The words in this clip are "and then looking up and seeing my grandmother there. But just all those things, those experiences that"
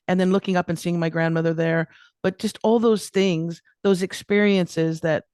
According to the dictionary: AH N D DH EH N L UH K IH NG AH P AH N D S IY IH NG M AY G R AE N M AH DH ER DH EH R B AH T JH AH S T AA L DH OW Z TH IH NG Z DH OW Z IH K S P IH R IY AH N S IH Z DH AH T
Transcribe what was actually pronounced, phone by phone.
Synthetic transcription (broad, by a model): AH N DH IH N L UH K IH NG AH P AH N S IY IH NG M AY G R AE N M AH DH ER DH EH R B AH T JH AH S T AA L DH OW Z TH IH NG Z DH OW Z IH K S P IH R IY AH N S IH Z DH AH T